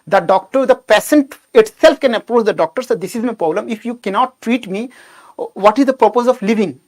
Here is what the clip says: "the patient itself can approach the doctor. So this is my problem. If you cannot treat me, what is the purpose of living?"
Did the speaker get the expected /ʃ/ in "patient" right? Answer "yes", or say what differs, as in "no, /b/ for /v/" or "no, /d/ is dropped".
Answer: no, /s/ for /ʃ/